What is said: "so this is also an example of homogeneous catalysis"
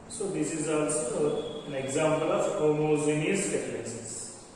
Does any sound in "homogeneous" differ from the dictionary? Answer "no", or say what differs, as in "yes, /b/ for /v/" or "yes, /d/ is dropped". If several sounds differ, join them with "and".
yes, /z/ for /dʒ/